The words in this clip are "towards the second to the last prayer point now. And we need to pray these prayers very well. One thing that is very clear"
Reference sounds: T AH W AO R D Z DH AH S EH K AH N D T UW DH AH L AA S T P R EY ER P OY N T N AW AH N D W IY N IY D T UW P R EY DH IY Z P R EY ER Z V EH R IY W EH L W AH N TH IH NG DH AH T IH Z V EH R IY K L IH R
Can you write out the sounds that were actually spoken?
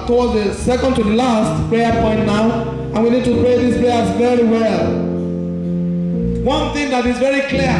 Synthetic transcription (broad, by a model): T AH W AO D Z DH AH S EH K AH N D T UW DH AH L AA S T P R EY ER P OY N T N AW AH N W IY N IY D T UW P R EY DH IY S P R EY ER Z V EH R IY W EH L W AH N TH IH NG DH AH T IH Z V EH R IY K L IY